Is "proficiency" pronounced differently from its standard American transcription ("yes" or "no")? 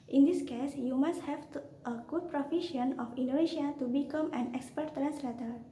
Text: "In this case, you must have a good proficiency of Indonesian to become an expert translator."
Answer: yes